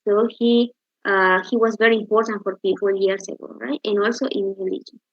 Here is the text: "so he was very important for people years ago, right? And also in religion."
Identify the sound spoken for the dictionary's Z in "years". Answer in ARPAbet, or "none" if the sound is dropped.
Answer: S